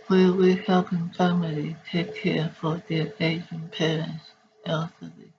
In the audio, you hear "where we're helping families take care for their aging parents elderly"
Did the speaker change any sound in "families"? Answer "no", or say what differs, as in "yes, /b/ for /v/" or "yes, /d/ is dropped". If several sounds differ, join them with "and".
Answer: yes, /z/ is dropped